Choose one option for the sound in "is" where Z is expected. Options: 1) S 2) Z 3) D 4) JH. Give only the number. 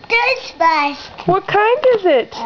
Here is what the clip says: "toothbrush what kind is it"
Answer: 2